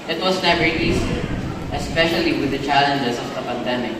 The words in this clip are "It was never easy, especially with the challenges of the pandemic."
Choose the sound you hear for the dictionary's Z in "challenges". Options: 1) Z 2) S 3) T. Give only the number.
2